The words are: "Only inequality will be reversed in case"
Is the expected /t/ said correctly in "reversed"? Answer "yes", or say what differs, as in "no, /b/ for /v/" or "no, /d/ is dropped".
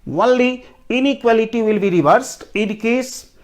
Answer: yes